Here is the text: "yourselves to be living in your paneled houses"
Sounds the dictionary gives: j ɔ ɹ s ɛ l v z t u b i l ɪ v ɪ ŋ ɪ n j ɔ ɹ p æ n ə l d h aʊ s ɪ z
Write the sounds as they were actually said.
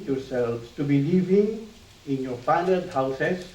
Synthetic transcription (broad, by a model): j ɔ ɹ s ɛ l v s t u b i l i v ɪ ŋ ɪ n j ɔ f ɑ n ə d h aʊ s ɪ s